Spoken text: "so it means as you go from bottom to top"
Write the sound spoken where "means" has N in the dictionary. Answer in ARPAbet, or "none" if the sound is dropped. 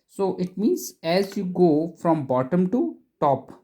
N